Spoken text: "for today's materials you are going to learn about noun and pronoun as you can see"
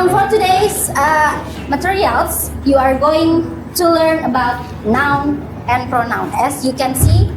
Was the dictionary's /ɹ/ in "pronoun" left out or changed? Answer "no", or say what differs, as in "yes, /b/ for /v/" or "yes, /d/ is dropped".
no